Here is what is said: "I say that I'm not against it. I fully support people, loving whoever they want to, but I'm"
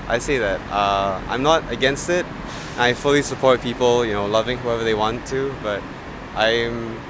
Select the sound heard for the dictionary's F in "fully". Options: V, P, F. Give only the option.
F